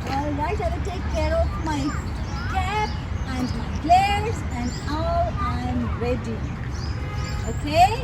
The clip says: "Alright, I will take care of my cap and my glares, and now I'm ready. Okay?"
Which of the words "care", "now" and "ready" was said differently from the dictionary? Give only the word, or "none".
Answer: now